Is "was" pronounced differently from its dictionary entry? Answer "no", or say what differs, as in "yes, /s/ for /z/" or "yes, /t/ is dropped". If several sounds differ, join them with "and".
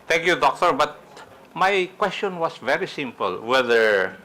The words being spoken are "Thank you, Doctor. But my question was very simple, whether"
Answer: yes, /s/ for /z/